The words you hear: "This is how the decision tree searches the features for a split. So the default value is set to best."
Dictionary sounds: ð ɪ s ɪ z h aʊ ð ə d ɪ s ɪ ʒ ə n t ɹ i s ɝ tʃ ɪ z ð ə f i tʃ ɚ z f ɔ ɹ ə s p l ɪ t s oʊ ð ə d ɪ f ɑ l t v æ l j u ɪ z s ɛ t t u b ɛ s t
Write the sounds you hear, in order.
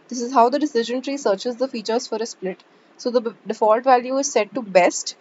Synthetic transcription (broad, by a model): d ɪ s ɪ z h aʊ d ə d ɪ s ɪ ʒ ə n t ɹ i s ɝ tʃ ɪ z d ə f i tʃ ɚ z f ɔ ɹ ə s p l ɪ t s oʊ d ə d ɪ f ɑ l t v æ l j u ɪ z s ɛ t t u b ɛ s t